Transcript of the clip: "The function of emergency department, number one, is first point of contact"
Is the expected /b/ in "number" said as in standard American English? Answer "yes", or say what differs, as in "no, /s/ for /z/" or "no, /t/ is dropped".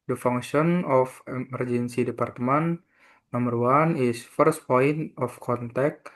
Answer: no, /b/ is dropped